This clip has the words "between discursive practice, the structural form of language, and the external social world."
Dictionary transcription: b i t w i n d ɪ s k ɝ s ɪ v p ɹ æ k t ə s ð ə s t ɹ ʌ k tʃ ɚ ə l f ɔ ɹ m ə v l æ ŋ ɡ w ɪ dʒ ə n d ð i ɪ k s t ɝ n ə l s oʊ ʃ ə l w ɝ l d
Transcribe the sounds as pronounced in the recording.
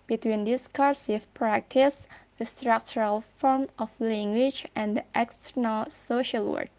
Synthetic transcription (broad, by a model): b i t w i n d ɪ s k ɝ s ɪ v p ɹ æ k t ə s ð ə s t ɹ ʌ k tʃ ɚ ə l f ɔ ɹ m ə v l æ ŋ ɡ w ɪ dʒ ə n d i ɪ k s t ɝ n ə l s oʊ ʃ ə l w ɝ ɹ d